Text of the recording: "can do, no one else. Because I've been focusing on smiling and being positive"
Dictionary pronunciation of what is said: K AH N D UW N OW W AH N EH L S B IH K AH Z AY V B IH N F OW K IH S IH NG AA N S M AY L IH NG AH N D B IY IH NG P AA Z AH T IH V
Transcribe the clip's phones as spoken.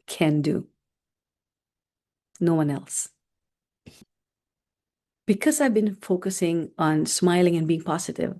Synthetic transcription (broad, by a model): K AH N D UW N OW W AH N EH L S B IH K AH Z AY V B IH N F OW K IH S IH NG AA N S M AY L IH NG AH N B IY IH NG P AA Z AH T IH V